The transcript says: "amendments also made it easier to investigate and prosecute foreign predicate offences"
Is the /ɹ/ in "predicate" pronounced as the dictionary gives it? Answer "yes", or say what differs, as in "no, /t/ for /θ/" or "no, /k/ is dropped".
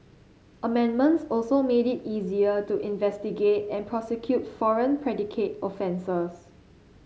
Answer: yes